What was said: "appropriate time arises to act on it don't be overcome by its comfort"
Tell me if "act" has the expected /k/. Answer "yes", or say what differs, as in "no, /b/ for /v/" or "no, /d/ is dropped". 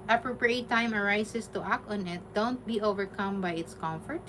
yes